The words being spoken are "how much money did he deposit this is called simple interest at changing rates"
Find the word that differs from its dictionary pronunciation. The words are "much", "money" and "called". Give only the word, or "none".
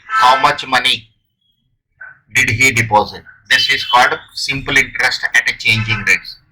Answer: called